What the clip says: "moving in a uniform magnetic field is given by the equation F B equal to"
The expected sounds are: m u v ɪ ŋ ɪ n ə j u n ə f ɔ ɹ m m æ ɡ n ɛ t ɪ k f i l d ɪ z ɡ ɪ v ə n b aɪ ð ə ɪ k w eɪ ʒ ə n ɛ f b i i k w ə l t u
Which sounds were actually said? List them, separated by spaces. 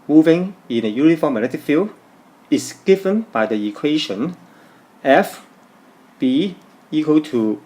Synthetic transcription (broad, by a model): m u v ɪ ŋ ɪ n ə j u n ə f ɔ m m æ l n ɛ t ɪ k f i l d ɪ s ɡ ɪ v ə n b aɪ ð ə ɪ k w eɪ ʃ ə n ɛ f b i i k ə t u